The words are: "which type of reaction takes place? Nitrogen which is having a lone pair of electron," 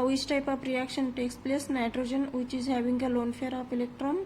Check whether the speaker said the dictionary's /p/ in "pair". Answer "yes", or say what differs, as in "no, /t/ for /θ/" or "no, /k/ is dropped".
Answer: no, /f/ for /p/